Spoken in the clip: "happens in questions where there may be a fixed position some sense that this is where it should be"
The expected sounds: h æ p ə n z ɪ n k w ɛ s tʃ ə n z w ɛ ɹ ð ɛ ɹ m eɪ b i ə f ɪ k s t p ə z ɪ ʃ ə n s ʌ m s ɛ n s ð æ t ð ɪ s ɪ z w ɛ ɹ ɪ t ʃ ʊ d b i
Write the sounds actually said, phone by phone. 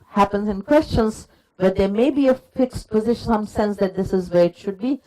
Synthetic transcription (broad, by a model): h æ p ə n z ɪ n k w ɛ s tʃ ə n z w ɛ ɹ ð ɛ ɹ m eɪ b i ə f ɪ k s t p ə z ɪ ʃ ə n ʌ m s ɛ n s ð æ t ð ɪ s ɪ z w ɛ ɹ ɪ t ʃ ʊ d b i